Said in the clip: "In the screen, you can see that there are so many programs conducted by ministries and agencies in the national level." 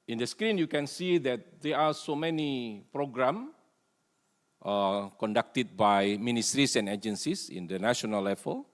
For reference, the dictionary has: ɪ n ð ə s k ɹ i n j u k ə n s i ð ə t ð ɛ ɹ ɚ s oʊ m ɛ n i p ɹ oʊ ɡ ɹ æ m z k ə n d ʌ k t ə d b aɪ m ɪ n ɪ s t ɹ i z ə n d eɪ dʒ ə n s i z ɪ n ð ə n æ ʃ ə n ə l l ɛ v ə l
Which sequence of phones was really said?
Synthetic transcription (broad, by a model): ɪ n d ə s k ɹ i n j u k ə n s i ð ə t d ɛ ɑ s oʊ m ɛ n i p ɹ oʊ ɡ ɹ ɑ m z k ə n d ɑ k t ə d b aɪ m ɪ n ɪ s t ɹ i s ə n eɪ dʒ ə n s i s ɪ n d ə n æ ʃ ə n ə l l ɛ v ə l